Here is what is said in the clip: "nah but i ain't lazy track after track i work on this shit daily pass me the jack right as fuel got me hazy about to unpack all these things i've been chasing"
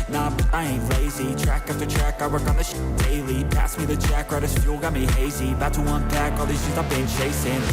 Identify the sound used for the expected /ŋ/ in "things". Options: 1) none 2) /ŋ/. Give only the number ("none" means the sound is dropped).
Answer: 1